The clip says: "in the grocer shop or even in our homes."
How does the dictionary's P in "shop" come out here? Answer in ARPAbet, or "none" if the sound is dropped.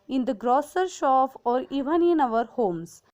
F